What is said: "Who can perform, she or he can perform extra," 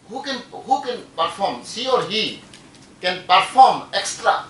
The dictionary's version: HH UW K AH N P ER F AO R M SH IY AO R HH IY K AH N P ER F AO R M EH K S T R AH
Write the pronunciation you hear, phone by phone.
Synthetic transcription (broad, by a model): HH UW K AH N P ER F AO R M S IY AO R HH IY K AH N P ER F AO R M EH K S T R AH